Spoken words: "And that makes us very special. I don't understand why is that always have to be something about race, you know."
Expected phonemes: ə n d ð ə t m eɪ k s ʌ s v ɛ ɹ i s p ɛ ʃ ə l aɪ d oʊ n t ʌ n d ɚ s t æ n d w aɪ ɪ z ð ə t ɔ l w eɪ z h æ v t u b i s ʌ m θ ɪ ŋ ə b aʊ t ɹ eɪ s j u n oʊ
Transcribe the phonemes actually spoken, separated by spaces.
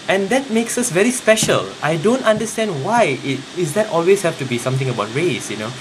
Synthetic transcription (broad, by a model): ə n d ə t m eɪ k s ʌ s v ɛ ɹ i s p ɛ ʃ ə l aɪ d oʊ n t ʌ n d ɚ s t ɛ n d w aɪ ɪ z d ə t ɔ l w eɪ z h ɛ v t u b i s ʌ m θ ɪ ŋ ə b aʊ t ɹ eɪ s j u n oʊ